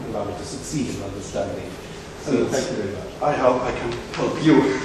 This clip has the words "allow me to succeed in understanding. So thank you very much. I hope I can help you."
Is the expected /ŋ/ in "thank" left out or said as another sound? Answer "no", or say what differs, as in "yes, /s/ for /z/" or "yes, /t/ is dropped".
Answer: yes, /ŋ/ is dropped